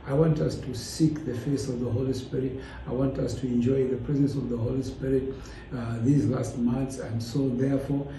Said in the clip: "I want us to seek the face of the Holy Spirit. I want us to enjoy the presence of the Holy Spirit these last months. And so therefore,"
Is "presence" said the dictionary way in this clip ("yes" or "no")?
yes